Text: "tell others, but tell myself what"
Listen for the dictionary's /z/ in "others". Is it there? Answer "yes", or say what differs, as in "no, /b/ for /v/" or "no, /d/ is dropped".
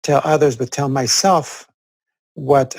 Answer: yes